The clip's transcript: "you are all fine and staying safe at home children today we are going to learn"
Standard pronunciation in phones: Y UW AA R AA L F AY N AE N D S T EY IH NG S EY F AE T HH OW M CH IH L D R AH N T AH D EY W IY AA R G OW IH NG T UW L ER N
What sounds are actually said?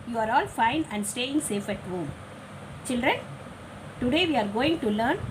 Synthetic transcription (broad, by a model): Y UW AA R AA L F AY N AE N D S T EY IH NG S EY F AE T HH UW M CH IH L D R AH N T AH D EY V IY AA R G OW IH NG T UW L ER N